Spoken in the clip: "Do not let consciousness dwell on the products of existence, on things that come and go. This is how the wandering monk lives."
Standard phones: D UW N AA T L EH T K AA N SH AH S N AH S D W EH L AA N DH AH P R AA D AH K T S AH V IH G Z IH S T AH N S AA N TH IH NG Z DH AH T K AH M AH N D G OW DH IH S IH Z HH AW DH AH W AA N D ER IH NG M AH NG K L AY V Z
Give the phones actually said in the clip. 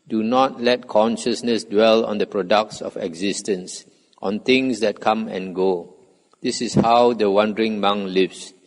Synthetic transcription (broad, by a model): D UW N AA T L EH T K AA N SH AH S N AH S D W EH L AA N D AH P R AA D AH K T S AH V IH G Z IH S T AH N S AA N T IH NG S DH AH T K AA M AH N G OW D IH S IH S HH AW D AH W AA N D ER IH NG M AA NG L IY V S